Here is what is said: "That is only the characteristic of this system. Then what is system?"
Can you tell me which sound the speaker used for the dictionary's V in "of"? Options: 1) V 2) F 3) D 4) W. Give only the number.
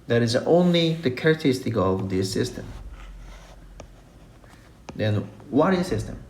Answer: 1